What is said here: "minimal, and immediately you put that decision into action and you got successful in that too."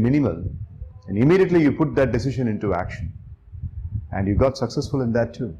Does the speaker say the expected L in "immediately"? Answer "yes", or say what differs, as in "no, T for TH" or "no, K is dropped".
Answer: yes